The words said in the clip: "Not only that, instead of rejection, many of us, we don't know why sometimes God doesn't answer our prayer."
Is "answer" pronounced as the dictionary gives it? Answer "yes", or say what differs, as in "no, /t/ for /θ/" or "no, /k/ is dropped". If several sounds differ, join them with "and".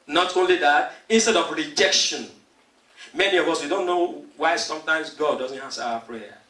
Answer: no, /n/ is dropped